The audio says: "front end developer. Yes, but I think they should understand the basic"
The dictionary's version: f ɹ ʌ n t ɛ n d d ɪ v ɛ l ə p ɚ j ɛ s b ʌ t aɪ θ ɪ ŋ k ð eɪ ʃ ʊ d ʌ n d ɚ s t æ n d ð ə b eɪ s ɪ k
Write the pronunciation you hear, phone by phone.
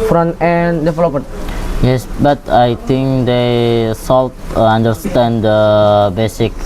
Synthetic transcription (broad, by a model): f ɹ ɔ n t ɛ n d d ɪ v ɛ l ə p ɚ j ɛ s b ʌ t aɪ t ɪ ŋ k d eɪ s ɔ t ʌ n d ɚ s t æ n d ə b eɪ s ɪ k